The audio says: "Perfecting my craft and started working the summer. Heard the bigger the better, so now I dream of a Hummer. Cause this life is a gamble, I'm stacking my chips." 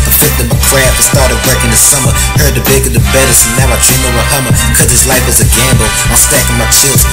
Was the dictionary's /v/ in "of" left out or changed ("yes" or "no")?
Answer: yes